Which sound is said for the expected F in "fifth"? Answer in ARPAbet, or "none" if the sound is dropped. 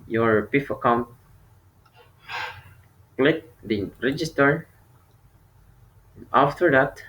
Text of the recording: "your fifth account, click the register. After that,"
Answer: P